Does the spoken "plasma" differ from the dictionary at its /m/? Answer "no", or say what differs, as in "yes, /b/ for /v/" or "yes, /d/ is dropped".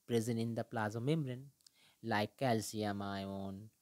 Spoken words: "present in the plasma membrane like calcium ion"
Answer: yes, /m/ is dropped